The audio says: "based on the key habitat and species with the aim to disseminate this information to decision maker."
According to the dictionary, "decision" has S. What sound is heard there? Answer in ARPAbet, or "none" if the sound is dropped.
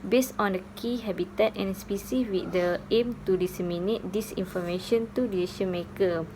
none